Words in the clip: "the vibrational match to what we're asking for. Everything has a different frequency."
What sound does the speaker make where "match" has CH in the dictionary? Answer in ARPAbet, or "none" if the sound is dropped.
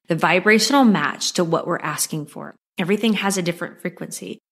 CH